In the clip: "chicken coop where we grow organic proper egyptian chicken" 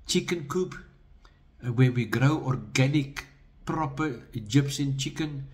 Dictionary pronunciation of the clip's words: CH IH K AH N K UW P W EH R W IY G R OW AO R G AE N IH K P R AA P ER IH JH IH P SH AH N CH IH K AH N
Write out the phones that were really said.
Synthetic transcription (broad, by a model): CH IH K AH N K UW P W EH W IY G R OW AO R G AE N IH K P R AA P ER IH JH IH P S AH N CH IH K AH N